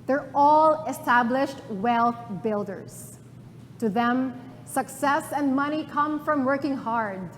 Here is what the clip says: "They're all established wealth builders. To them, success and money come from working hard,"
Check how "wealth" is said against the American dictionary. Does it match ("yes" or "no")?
yes